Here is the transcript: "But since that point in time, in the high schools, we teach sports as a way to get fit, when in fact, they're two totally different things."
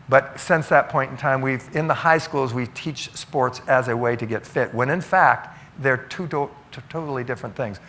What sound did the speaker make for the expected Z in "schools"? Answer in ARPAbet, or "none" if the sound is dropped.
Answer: Z